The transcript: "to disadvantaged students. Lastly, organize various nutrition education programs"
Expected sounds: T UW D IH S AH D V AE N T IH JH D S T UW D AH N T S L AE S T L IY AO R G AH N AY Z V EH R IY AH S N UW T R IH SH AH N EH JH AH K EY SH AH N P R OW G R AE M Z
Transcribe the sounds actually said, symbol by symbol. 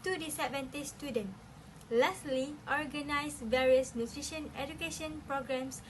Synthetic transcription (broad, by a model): T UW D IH S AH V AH N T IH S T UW D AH N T L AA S L IY AO R G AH N AY S V EH R IY AH S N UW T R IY SH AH N EH JH AH K EY SH AH N P R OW G R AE M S